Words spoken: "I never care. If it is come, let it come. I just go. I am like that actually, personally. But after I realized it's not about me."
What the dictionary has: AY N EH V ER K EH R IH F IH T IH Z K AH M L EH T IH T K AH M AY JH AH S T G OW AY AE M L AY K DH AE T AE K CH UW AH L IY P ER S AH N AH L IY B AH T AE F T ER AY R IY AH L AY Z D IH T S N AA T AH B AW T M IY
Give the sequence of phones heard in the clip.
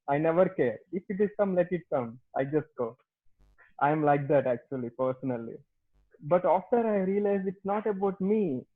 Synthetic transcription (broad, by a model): AY N EH V ER K EH R IH F IH T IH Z K AH M L EH T IH T K AH M AY JH AH S T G OW AY M L AY K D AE T AE K CH UW AH L IY P ER S AH N AH L IY B AH T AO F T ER AY R IY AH L AY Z IH T S N AA T AH B AW T M IY